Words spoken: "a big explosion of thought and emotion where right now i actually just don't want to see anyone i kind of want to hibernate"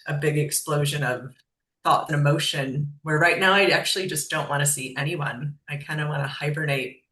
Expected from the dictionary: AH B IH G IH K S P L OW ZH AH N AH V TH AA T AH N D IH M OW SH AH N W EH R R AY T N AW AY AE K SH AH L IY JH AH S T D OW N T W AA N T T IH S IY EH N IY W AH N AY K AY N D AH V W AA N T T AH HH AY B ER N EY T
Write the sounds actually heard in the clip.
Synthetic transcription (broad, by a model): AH B IH G IH K S P L OW ZH AH N AH V TH AA T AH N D IH M OW SH AH N W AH R R AY T N AW AY AE K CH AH L IY JH AH S D OW N T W AA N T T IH S IY EH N IY W AH N AY K AY N D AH W AA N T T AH HH AY B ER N EY T